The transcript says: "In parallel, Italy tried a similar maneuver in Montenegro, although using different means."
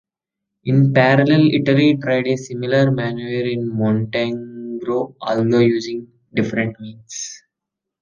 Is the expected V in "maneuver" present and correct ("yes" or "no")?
no